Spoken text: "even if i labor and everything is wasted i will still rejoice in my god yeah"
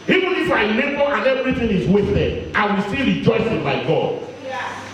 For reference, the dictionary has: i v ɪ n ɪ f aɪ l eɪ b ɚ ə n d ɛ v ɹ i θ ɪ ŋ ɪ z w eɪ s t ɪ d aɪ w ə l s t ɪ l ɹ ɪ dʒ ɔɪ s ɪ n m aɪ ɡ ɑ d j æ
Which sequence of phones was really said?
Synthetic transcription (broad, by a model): i v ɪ n ɪ f aɪ n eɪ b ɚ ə n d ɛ v ɹ i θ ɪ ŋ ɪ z w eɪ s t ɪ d aɪ w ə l s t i ɹ ɪ dʒ ɔɪ s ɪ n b aɪ ɡ ɑ d